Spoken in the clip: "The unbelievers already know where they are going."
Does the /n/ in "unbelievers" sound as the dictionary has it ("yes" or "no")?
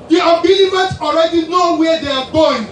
no